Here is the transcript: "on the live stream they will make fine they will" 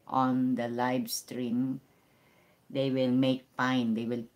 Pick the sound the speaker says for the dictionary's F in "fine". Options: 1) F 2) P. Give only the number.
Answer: 2